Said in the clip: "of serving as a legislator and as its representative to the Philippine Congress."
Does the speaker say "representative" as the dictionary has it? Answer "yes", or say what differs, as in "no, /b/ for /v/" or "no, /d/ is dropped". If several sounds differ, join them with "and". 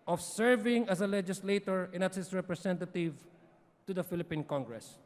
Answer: no, /s/ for /z/